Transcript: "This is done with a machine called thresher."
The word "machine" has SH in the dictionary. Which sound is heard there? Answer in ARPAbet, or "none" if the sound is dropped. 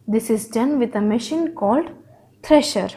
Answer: SH